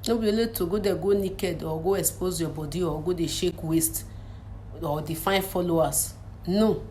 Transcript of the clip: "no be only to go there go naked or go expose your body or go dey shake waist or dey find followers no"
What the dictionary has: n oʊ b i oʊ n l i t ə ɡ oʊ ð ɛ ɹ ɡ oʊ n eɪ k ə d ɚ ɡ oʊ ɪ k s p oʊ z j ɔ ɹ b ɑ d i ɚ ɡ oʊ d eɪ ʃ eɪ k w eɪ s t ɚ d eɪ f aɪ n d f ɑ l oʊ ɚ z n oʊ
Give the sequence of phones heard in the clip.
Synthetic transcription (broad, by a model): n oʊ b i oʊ l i t ə ɡ oʊ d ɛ ɡ oʊ n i k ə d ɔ ɡ oʊ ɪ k s p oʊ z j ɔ b ɑ d i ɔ ɡ oʊ d eɪ ʃ eɪ k w eɪ s t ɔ d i f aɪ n f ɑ l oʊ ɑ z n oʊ